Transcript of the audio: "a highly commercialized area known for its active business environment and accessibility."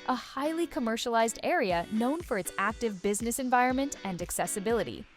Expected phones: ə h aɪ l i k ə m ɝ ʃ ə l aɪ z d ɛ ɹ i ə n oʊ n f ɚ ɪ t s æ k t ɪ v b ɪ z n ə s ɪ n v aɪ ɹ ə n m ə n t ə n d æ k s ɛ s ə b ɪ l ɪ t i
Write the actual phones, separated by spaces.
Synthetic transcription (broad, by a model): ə h aɪ l i k ə m ɝ ʃ ə l aɪ z d ɛ ɹ i ə n oʊ n f ɚ ɪ t s æ k t ɪ v b ɪ z n ə s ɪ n v aɪ ɹ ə n m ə n t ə n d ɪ k s ɛ s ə b ɪ l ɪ t i